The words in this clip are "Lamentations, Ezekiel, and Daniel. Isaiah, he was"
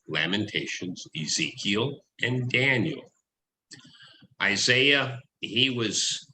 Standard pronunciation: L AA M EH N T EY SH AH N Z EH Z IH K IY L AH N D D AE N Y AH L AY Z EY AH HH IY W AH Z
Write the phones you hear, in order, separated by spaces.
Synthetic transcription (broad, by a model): L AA M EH N T EY SH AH N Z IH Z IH K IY L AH N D D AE N Y L AY Z EY AH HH IY W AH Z